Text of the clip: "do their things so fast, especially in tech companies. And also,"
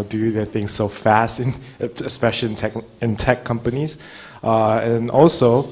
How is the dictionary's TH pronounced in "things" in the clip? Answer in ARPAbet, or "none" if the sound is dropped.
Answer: TH